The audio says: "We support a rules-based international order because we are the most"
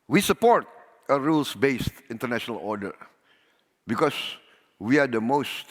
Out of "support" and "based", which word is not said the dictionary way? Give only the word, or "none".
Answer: none